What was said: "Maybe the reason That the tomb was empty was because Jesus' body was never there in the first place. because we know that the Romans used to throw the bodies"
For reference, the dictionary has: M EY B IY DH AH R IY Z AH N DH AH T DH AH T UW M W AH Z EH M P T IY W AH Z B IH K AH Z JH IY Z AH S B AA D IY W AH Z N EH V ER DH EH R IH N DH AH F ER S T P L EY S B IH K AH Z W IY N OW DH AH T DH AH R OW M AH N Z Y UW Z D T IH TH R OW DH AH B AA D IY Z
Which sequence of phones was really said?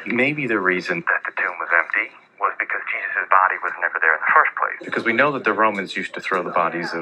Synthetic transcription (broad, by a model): M EY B IY DH AH R IY Z AH N DH AH T DH AH T UW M W AH Z EH M P T IY W AH Z B IH K AH Z JH IY Z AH S B AA D IY W AH Z N EH V ER DH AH R IH N DH AH F ER S P L EY S B IH K AH Z W IY N OW DH AH T DH AH R OW M AH N Z Y UW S T IH TH R OW DH AH B AA D IY Z